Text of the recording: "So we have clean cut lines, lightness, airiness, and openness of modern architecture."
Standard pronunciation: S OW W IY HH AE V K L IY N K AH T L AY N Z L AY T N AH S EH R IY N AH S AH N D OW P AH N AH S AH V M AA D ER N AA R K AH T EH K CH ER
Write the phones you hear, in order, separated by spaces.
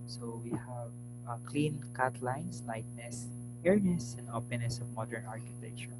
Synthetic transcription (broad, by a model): S OW W IY HH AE V K L IY N K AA T L AY N S L AY T N AH S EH R N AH S AH N D OW P AH N AH S AH V M AA D ER N AA R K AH T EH K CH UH